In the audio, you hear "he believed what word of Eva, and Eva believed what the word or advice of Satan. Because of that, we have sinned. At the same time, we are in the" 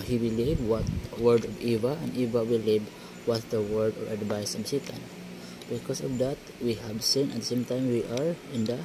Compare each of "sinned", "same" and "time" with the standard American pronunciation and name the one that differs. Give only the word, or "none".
sinned